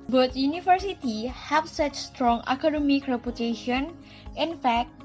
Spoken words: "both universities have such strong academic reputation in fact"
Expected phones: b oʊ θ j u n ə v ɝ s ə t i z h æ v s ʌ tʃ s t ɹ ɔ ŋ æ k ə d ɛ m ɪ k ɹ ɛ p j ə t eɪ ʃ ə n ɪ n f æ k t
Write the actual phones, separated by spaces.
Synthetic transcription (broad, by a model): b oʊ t j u n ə f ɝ s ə t i h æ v s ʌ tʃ s t ɹ ɔ ŋ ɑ k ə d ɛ m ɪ k ɹ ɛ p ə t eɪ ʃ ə n ɪ n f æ k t